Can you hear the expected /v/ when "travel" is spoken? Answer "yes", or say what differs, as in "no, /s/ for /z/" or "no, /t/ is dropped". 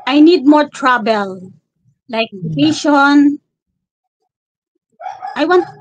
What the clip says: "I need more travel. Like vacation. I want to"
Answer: no, /b/ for /v/